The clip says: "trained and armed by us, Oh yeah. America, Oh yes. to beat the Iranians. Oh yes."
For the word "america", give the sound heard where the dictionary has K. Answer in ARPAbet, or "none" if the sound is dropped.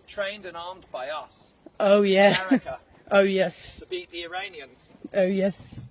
none